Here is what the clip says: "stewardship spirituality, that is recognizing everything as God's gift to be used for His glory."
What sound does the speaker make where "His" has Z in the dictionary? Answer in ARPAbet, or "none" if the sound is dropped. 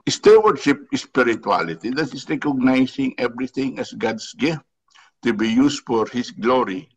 S